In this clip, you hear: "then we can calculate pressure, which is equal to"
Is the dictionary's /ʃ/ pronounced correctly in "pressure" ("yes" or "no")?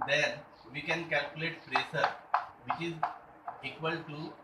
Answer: no